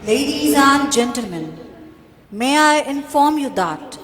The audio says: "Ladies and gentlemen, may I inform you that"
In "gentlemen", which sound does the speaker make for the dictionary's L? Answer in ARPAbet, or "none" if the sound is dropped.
L